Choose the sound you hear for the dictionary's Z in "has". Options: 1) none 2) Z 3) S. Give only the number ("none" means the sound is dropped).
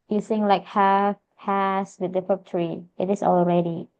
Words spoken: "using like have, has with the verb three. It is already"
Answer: 3